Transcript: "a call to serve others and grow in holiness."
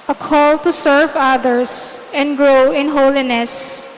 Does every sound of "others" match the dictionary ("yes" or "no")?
no